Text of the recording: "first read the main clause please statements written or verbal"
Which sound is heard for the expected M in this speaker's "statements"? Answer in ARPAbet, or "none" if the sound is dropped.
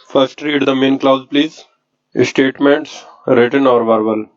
M